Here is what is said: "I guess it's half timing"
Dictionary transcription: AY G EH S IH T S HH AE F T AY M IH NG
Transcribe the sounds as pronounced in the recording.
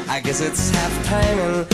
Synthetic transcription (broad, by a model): AY G EH S IH T S HH AE F T AY M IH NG